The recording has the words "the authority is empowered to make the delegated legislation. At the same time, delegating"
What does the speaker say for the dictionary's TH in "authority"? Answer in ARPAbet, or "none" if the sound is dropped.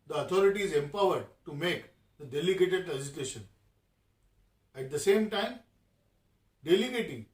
T